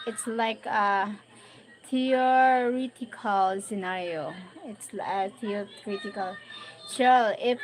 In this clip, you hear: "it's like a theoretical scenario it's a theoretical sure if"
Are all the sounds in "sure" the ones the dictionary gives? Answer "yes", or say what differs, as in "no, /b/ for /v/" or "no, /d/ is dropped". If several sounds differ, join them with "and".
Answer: no, /l/ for /ɹ/